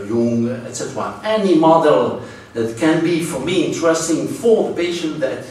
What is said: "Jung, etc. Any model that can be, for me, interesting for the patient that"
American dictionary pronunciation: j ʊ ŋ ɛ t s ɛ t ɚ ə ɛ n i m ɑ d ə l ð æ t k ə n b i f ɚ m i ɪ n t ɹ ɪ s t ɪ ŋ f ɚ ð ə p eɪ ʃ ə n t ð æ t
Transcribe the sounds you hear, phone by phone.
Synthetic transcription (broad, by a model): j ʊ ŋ ɛ t s ɛ t ɚ ə ɛ n i m ɑ d ə l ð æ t k ə n b i f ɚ m i ɪ n t ɹ ɪ s t ɪ ŋ f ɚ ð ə p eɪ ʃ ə n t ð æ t